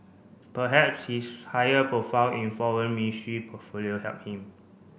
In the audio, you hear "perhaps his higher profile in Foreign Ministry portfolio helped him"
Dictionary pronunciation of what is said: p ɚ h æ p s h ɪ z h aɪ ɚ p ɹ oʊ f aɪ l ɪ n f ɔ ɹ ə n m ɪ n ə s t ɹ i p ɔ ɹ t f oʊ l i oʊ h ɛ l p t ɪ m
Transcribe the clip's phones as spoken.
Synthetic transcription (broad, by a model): p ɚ h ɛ p s h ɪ s h aɪ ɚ p ɹ oʊ f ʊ n ɪ n f ɔ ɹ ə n m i n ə s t ɹ i p ɔ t f oʊ l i oʊ h ɛ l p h ɪ m